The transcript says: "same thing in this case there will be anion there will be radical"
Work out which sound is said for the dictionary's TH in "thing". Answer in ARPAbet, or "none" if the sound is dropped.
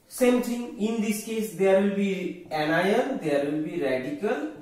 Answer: T